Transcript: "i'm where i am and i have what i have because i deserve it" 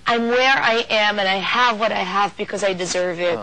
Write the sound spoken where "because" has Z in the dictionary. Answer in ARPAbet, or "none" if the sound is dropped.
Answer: Z